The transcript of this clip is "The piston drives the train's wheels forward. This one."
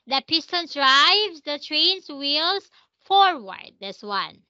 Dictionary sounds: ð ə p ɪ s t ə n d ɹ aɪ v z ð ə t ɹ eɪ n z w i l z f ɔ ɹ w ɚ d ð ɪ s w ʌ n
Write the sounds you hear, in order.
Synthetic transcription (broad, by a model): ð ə p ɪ s t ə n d ɹ aɪ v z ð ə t ɹ eɪ n s w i l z f ɔ ɹ w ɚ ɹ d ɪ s w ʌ n